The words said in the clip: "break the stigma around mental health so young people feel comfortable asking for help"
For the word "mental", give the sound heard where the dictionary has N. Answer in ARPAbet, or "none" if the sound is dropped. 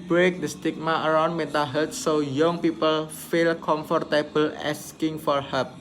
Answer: none